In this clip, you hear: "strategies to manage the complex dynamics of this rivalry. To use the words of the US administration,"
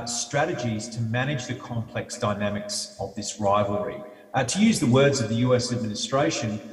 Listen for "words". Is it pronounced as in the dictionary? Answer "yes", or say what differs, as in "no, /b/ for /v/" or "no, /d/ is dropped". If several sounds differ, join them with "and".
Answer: yes